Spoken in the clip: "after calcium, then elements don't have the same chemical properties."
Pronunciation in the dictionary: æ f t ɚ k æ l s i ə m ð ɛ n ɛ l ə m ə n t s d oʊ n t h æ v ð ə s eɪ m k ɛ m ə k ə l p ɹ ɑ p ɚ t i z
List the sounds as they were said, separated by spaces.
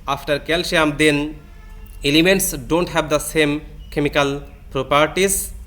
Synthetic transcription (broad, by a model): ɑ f t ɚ k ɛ l ʃ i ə m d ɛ n ɛ l ə m ə n t s d oʊ n t h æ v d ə s eɪ m k ɛ m ə k ə l p ɹ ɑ p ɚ t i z